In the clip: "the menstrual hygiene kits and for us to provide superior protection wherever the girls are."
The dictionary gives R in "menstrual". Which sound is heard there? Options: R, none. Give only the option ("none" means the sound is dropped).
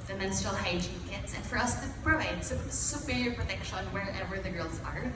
none